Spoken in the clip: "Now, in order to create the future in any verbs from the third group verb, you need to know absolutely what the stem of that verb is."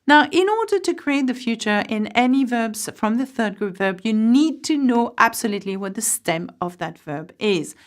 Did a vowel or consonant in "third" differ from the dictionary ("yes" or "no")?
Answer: no